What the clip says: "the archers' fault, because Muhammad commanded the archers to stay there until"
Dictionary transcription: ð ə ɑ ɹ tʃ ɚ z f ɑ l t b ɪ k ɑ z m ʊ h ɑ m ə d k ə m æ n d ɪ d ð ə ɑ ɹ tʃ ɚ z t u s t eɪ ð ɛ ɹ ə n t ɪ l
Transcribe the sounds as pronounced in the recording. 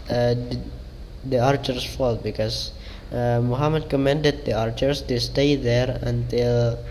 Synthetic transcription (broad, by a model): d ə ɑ ɹ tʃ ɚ s f ɑ l t b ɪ k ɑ s m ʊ h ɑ m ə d k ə m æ n d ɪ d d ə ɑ ɹ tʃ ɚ s t u s t eɪ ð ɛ ɹ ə n t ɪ l